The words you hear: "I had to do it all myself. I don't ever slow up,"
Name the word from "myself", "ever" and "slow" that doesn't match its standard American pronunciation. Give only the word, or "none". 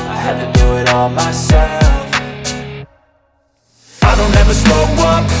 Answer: slow